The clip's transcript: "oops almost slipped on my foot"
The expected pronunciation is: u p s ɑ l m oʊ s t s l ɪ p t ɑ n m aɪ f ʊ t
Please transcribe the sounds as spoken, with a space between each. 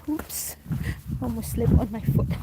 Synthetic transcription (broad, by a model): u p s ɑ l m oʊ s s l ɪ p ɑ n m aɪ f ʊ t